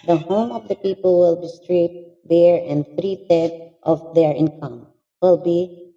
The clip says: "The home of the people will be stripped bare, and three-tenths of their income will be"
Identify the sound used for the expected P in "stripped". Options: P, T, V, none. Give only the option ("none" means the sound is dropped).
none